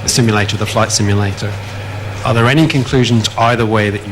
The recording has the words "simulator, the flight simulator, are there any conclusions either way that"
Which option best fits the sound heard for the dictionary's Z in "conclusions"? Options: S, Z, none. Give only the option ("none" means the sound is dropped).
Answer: Z